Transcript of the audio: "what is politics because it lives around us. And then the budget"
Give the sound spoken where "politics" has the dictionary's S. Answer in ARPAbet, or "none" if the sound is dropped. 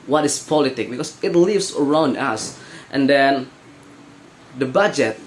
none